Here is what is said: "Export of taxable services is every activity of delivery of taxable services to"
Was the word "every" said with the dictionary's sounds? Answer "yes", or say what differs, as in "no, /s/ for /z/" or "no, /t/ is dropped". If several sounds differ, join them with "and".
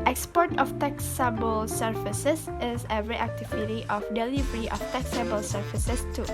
no, /v/ is dropped